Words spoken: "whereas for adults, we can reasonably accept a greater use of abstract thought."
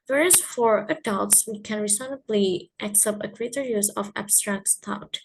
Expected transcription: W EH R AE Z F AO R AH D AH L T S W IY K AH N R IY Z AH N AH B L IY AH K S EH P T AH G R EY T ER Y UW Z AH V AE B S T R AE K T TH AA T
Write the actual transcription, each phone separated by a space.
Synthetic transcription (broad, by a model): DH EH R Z F AO R AH D AH L T S W IY K AH N R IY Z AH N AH B L IY AH K S EH P T AH G R EY T ER Y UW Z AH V AE B S T R AE K T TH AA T